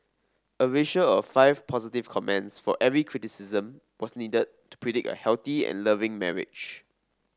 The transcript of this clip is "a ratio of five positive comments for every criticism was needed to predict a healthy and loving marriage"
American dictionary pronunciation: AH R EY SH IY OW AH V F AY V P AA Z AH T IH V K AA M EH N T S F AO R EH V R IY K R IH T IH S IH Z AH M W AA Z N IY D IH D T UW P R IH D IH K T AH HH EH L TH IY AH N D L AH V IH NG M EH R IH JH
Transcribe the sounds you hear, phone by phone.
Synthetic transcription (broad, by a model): AH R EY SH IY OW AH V F AY V P AA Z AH T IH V K AA M EH N T S F AO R EH V R IY K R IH T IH S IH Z AH M W AA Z N IY D IH D T UW P R IH D IH K T AH HH EH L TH IY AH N L AH V IH NG M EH R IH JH